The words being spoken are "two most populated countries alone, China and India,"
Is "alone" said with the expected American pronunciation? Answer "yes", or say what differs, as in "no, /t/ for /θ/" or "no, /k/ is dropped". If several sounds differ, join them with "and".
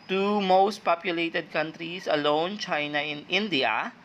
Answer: yes